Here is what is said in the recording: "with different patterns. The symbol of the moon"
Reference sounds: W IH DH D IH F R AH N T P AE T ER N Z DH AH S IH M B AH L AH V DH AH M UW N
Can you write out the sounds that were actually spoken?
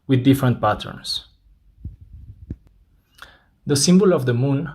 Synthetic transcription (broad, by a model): W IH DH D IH F R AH N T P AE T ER N S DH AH S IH M B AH L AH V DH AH M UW N